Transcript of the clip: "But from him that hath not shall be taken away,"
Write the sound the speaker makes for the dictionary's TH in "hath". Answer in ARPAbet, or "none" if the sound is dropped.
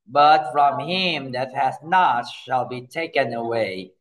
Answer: S